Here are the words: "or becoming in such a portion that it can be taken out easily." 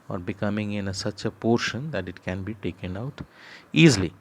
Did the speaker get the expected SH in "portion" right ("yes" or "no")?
yes